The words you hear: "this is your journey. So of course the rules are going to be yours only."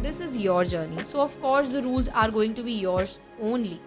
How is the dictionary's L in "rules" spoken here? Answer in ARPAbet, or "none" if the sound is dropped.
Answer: L